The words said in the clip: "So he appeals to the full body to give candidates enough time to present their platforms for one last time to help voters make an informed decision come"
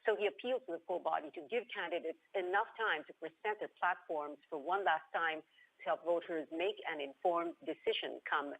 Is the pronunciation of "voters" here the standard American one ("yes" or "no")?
yes